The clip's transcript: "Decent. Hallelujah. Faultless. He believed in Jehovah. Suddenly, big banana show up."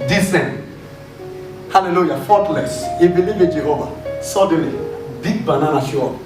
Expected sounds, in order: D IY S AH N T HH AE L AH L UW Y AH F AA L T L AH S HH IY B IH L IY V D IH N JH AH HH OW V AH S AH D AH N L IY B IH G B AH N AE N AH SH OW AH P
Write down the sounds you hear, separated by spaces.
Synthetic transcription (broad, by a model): D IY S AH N HH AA L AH L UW Y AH F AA T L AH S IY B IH L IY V IH N JH AH HH OW V AH S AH D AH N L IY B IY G B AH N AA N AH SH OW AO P